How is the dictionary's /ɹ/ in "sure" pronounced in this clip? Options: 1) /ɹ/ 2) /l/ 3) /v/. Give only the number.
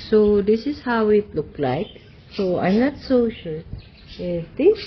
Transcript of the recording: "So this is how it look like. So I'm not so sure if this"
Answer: 2